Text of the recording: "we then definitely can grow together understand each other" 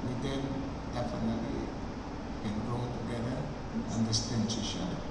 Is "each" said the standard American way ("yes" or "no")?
no